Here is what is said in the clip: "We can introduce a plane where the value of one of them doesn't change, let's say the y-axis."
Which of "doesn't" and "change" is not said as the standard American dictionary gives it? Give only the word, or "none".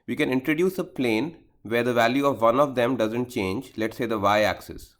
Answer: none